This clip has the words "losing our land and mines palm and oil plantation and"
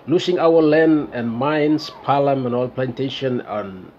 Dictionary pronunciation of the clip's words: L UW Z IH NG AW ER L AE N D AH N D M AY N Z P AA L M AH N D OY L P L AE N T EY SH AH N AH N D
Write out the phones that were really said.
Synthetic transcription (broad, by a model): L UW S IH NG AW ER L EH N AH N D M AY N S P AA L M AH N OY L P L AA N T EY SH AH N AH N